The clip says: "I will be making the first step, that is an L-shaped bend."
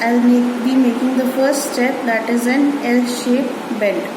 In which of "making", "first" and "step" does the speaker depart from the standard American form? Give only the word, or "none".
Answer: none